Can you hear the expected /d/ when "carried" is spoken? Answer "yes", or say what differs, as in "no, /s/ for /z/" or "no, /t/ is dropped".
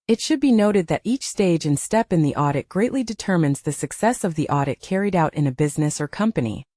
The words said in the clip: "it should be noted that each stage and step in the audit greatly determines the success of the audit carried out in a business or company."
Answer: yes